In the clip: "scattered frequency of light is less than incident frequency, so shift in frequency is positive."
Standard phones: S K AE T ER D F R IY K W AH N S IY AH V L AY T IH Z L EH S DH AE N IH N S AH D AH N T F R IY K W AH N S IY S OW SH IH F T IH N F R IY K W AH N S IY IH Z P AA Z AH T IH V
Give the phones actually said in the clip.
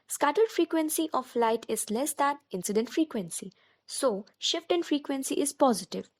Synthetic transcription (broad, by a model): S K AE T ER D F R IY K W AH N S IY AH F L AY T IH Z L EH S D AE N IH N S AH D AH N T F R IY K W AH N S IY S OW SH IH F T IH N F R IY K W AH N S IY IH Z P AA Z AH T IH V